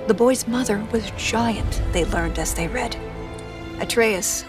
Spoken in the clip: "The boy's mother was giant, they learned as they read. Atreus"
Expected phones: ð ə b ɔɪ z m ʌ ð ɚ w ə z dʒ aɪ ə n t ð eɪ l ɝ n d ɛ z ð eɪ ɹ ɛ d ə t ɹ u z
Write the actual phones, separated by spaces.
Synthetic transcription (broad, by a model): ð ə b ɔɪ z m ʌ ð ɚ w ə z dʒ aɪ ə n t ð eɪ l ɝ n d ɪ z ð eɪ ɹ ɛ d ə t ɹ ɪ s